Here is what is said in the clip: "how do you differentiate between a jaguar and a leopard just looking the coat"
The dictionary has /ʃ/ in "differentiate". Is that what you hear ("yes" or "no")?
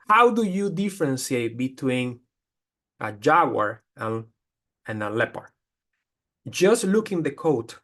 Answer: no